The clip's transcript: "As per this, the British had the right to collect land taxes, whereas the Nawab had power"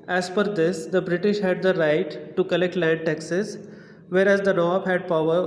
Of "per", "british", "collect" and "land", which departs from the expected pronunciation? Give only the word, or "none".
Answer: per